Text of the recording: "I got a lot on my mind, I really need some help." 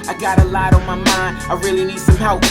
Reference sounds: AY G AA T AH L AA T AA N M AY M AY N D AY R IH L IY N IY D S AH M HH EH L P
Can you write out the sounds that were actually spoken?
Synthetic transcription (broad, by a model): AY G AA T AH L AA T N M AY M AY N D AY R IH L IY N IY D S AH M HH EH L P